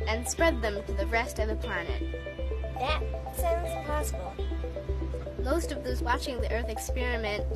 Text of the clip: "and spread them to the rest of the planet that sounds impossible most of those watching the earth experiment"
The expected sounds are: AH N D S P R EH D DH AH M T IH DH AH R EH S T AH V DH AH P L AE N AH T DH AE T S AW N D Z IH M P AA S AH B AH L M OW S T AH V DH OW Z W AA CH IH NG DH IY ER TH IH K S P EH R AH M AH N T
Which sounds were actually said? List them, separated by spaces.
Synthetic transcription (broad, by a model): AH N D S P R EH D DH AH M T IH DH AH R EH S T AH V DH AH P L AE N AH T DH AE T S AW N D Z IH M P AA S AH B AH L M OW S T AH V DH OW Z W AA CH IH NG DH IY ER TH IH K S P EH R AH M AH N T